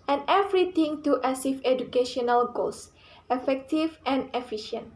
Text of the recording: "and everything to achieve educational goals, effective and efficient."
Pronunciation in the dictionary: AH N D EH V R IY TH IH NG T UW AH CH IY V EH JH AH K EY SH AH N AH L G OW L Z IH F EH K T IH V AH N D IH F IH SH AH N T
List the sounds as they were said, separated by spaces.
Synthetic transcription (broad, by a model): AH N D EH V R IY T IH NG T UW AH S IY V EH JH AH K EY SH AH N AH L G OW L S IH F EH K T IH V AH N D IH F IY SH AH N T